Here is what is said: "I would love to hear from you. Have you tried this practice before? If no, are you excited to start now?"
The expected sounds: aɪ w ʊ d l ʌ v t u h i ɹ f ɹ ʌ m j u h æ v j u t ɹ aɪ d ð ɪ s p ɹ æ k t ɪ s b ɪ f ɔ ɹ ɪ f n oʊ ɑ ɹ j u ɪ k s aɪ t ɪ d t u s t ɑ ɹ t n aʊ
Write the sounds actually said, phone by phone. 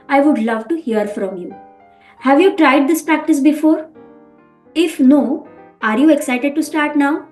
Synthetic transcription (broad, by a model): aɪ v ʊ d l ʌ v t u h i ɹ f ɹ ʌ m j u h æ v j u t ɹ aɪ d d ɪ s p ɹ æ k t ɪ s b ɪ f ɔ ɹ ɪ f n oʊ ɑ ɹ j u ɪ k s aɪ t ɪ d t u s t ɑ ɹ t n aʊ